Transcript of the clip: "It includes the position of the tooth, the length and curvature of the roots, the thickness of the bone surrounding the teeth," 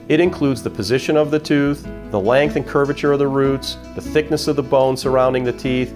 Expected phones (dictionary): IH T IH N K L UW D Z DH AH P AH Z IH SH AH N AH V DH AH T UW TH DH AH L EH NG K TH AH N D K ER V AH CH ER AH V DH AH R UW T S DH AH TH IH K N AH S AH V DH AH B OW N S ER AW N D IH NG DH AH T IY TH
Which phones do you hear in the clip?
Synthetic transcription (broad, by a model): IH T IH N K L UW D Z DH AH P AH Z IH SH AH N AH V DH AH T UW TH DH AH L EH NG K TH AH N K ER V AH CH ER AH V DH AH R UW T S DH AH TH IH K N AH S AH V DH AH B OW N S ER AW N D IH NG DH AH T IY TH